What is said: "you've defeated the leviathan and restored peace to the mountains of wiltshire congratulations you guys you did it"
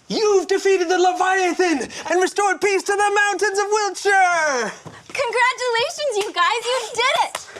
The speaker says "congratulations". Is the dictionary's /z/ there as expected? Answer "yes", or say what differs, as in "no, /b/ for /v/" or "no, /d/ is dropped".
yes